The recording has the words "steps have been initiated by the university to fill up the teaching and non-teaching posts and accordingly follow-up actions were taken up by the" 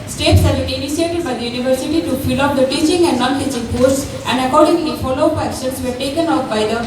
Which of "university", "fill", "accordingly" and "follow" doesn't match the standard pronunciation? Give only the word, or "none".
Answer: accordingly